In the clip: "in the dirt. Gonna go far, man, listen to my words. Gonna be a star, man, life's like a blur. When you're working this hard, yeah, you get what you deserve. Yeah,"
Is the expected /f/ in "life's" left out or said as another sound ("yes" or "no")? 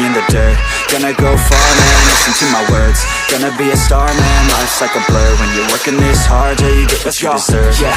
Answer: yes